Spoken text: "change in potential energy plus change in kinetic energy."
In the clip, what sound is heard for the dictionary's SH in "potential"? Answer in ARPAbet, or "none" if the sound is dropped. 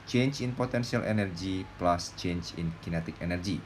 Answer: S